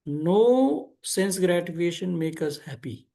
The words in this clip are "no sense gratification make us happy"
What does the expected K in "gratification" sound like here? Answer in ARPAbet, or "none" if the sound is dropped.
none